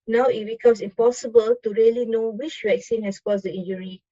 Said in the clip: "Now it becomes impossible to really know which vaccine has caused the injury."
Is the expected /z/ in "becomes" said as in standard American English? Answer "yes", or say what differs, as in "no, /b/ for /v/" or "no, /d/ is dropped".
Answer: no, /s/ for /z/